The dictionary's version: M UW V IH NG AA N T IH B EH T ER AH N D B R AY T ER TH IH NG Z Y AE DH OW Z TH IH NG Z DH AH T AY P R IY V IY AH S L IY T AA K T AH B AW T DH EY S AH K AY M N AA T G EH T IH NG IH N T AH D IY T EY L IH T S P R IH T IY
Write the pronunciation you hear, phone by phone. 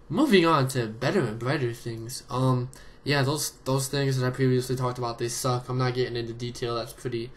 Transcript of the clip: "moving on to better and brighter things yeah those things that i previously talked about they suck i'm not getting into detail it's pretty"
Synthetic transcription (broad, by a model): M UW V IH NG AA N T IH B EH T ER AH N B R AY T ER TH IH NG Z Y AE DH OW Z TH IH NG Z DH AH T AY P R IY V IY AH S L IY T AA K T AH B AW T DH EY S AH K AY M N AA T G EH T IH NG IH N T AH D IY T EY L IH T S P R IH T IY